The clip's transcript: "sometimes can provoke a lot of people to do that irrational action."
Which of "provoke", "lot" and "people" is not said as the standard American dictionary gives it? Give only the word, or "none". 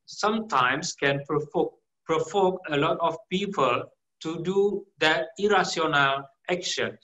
provoke